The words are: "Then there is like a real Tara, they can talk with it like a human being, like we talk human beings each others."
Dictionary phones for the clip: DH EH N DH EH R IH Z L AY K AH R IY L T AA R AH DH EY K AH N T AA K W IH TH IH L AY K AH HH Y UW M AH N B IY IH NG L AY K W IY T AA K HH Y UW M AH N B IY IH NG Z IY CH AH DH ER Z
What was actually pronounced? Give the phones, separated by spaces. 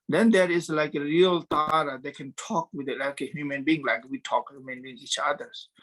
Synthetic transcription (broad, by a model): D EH N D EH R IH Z L AY K AH R IY L T AA R AH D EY K AH N T AA K W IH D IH L AY K AH HH Y UW M AH N B IY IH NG L AY K W IY T AA K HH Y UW M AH N B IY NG IY CH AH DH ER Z